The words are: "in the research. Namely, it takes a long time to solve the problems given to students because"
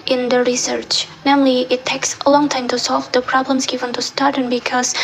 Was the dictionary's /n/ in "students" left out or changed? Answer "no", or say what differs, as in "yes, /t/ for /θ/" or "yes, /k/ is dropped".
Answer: yes, /n/ is dropped